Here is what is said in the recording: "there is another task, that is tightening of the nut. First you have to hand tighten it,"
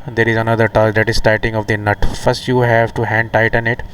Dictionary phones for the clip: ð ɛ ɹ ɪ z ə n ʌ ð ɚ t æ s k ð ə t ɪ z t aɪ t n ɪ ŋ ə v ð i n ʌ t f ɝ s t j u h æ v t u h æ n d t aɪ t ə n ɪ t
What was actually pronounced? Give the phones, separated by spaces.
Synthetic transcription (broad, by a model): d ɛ ɹ ɪ z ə n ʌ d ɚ t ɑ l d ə t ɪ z t aɪ t ɪ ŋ ə v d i n ʌ t f ɝ s t j u h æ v t u h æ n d t aɪ t ə n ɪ t